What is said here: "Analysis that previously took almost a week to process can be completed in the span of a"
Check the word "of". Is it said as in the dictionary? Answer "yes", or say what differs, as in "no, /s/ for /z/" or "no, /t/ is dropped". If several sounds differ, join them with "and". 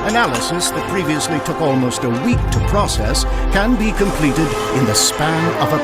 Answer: yes